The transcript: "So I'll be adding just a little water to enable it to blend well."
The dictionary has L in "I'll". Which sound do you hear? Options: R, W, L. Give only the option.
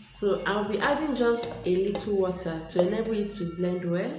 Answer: W